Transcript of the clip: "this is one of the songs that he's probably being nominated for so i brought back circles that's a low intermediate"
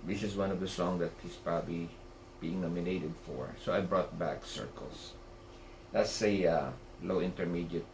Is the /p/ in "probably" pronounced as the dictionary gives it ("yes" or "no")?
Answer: yes